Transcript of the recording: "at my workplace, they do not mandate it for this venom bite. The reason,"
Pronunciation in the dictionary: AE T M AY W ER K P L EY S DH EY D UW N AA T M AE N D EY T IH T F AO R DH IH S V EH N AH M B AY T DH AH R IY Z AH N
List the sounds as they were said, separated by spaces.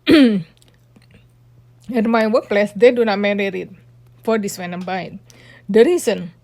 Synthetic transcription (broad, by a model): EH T M AY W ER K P L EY S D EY D UW N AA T M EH D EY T IH T F AO R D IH S W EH N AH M B AY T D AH R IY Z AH N